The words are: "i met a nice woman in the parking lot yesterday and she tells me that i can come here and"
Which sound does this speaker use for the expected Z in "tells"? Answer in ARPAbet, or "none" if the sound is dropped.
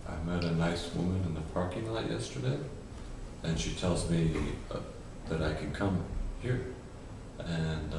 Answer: Z